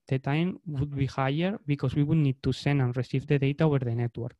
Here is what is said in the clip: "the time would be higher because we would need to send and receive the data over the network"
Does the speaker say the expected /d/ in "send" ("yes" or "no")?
no